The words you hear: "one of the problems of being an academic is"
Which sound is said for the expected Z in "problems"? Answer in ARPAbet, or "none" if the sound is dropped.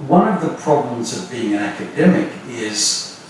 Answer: Z